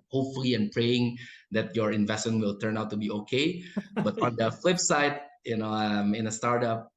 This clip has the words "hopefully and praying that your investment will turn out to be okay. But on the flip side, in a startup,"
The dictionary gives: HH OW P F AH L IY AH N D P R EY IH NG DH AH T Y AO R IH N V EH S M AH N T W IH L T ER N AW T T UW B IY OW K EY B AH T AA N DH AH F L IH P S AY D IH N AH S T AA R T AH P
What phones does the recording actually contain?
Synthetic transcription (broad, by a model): HH OW P F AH L IY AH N P R EY IH NG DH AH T Y AO R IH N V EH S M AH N W IH L T ER N AW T T UW B IY OW K EY B AH T AA N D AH F L IH P S AY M IH N AH S T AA R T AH P